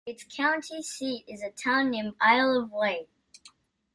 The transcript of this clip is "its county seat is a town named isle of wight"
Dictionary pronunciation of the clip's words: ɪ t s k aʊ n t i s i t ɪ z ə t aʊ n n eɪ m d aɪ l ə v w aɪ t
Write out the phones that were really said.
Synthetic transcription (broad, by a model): ɪ t s k aʊ n t i s i t ɪ z ə t aʊ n n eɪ m aɪ l ə v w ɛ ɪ